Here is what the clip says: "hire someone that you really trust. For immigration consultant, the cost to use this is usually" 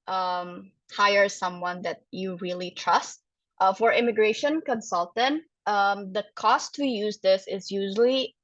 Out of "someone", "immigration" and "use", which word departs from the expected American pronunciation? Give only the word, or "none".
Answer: none